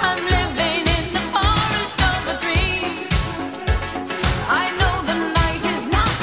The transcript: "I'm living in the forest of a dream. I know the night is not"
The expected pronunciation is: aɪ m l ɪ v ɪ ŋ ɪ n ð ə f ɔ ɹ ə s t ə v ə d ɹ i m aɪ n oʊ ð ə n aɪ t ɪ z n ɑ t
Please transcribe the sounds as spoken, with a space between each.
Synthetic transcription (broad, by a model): aɪ m l ɪ v ɪ ŋ ɪ n ð ə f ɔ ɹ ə s t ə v ə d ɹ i aɪ n oʊ ð ə n aɪ t ɪ z n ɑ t